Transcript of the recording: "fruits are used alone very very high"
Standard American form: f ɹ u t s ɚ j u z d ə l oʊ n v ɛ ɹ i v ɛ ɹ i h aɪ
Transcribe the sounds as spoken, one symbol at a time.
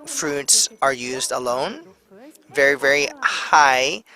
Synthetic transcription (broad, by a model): f ɹ u t s ɚ j u z d ə l oʊ n v ɛ ɹ i v ɛ ɹ i h aɪ